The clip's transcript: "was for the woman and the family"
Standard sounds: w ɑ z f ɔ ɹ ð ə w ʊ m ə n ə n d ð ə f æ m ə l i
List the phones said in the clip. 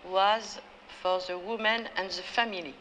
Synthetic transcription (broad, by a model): w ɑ z f ɔ ɹ ð ə w ʊ m ə n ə n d ð ə f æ m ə l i